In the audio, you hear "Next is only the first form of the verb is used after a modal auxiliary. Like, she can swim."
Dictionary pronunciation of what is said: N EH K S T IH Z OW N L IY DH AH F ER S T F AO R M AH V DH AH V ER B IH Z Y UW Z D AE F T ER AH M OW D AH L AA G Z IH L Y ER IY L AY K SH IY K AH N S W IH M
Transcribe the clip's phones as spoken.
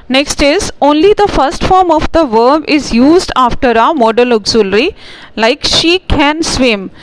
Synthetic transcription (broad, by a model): N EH K S T IH Z OW N L IY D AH F ER S T F AO R M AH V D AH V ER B IH Z Y UW Z D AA F T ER AH M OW D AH L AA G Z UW L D IY L AY K SH IY K AH N S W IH M